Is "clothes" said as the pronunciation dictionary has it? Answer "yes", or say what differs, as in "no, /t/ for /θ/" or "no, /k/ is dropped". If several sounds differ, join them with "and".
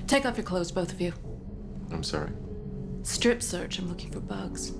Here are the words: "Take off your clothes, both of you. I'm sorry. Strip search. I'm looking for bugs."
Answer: yes